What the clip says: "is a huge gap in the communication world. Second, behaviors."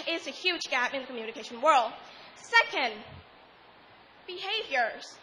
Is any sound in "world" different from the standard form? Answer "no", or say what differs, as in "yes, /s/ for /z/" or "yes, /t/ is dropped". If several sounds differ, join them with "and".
no